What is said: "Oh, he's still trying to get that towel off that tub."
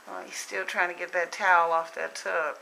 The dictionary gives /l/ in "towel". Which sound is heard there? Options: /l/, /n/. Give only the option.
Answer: /l/